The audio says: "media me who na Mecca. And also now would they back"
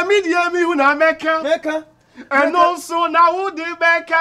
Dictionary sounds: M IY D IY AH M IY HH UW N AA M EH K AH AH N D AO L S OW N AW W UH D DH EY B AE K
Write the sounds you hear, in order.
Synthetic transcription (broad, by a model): M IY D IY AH M IY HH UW N AA M EH K AH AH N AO S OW N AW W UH D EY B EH K